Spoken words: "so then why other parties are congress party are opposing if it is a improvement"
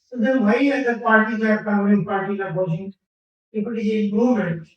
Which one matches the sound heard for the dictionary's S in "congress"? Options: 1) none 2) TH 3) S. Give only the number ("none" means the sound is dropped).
1